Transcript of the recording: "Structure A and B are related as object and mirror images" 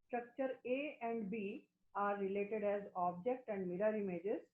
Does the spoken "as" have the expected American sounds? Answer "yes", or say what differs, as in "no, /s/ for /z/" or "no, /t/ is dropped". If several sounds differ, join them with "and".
yes